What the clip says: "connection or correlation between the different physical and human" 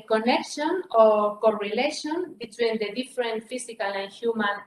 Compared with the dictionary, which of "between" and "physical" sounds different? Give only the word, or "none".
physical